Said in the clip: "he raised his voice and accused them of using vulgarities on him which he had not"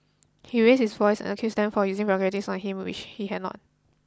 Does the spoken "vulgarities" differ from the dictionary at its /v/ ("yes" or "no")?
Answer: yes